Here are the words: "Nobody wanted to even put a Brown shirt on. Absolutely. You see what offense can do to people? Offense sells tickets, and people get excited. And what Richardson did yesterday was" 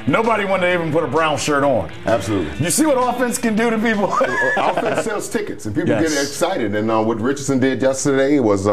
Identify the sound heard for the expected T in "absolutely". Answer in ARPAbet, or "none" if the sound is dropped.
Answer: T